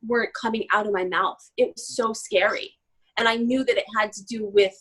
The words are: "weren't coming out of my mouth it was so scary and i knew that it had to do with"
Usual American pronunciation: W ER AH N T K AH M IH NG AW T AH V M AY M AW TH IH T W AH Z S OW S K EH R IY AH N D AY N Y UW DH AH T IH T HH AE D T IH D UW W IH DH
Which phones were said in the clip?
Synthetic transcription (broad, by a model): W ER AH N K AH M IH NG AW T AH V M AY M AW TH IH T W AH Z S OW S K EH R IY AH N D AY N Y UW DH AH T IH T HH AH D T IH D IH W IH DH